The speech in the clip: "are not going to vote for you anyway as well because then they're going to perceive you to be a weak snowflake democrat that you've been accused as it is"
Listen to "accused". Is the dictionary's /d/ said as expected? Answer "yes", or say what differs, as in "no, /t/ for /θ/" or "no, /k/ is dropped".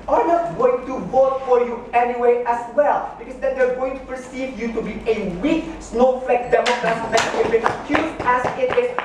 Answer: no, /d/ is dropped